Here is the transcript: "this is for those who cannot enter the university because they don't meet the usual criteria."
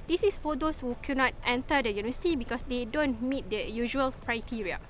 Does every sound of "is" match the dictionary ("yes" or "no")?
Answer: no